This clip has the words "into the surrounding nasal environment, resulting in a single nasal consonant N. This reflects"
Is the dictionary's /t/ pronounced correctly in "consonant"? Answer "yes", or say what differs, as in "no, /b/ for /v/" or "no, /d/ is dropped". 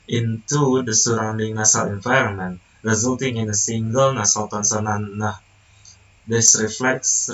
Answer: no, /t/ is dropped